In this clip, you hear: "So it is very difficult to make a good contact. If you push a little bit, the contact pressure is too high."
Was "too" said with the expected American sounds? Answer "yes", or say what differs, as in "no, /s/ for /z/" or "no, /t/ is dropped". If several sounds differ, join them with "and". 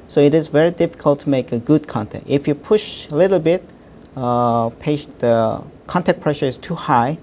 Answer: yes